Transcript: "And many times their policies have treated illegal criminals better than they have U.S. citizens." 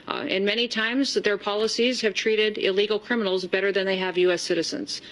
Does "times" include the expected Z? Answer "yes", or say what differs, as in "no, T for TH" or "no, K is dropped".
yes